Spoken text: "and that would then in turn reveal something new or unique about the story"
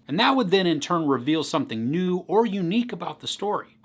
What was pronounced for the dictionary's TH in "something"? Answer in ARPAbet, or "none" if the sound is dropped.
TH